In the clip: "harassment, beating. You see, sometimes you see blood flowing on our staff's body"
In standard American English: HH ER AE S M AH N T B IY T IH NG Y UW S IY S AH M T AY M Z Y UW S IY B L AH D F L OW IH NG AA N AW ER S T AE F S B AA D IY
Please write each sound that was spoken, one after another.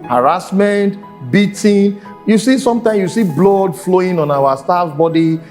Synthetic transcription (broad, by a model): HH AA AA S M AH N T B IY T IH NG Y UW S IY S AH M T AY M Y UW S IY B L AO D F L OW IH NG AA N AW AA S T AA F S B AA D IY